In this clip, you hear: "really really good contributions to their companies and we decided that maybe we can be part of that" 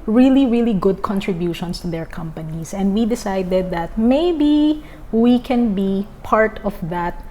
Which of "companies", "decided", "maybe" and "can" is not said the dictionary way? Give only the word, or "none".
companies